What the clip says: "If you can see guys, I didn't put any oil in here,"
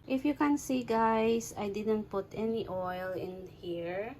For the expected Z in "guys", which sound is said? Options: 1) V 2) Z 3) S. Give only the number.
3